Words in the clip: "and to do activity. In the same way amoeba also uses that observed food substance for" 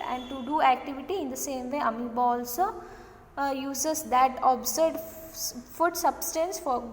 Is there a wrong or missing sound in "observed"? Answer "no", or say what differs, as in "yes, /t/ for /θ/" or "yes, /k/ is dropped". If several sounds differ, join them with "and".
yes, /v/ is dropped